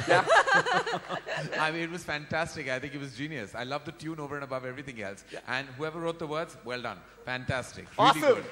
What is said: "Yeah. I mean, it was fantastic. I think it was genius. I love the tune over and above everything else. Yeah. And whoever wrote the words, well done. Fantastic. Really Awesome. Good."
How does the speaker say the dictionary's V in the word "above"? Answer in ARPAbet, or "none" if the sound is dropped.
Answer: V